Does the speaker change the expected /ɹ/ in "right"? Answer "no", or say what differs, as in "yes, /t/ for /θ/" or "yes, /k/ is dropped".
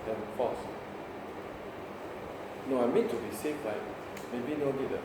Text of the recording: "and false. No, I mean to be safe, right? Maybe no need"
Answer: yes, /l/ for /ɹ/